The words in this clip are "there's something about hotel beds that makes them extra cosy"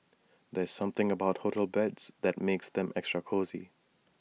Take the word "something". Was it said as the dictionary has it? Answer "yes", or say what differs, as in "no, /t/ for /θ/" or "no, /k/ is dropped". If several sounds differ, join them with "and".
yes